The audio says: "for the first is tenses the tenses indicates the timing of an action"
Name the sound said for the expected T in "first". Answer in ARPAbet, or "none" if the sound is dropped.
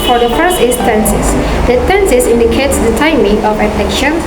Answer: none